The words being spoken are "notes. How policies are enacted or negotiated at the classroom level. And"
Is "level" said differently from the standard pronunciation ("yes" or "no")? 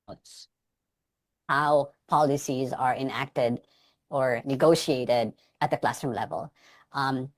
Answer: no